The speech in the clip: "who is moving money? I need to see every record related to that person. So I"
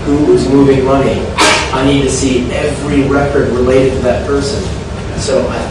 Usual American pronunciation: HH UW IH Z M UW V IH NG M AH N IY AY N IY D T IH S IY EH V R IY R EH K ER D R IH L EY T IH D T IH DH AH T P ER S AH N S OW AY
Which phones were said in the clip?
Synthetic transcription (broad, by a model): HH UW IH Z M UW V IH NG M AH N IY AY N IY D T IH S IY EH V R IY R EH K ER D R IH L EY T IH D T IH DH AH T P ER S AH N S OW AY